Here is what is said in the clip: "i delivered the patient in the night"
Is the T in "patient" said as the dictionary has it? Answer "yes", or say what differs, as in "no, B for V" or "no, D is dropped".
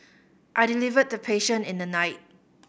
no, T is dropped